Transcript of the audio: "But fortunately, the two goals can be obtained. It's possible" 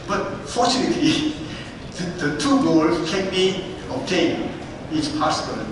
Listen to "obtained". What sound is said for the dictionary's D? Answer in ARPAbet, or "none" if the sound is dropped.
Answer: none